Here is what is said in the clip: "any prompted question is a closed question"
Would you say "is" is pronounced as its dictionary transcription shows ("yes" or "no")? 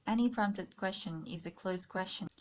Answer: yes